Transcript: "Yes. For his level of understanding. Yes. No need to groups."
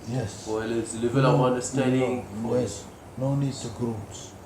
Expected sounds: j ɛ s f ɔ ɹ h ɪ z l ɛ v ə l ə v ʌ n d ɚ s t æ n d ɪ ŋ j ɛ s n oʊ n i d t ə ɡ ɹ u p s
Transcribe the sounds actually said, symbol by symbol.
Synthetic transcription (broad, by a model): j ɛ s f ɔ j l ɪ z l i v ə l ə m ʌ n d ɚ s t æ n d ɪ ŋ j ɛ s n oʊ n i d s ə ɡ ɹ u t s